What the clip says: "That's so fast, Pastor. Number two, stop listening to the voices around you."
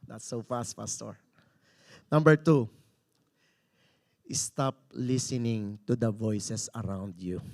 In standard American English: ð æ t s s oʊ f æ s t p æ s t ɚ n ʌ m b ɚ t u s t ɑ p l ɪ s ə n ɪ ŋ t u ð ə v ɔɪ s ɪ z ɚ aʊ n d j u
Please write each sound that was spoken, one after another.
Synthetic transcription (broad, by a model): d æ t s s oʊ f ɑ s t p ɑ s t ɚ n ʌ m b ɚ t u s t ɑ p l ɪ s ə n ɪ ŋ t u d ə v ɔɪ s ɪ s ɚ aʊ n d j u